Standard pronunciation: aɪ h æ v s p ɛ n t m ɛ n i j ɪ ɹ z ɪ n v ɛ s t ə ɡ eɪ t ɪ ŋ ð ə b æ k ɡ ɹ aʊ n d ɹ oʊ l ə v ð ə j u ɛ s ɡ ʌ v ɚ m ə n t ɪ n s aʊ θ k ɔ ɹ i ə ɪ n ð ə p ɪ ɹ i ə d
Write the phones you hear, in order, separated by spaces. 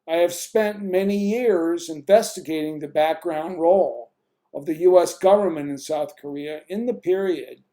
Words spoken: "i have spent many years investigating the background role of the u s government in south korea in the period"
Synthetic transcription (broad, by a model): aɪ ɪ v s p ɛ n t m ɛ n i j ɪ ɹ z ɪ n v ɛ s t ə ɡ eɪ t ɪ ŋ ð ə b æ k ɡ ɹ aʊ n d ɹ oʊ l ə v ð ə j u ɛ s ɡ ʌ v ɚ m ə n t ɪ n s aʊ θ k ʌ ɹ i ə ɪ n ð ə p ɪ ɹ i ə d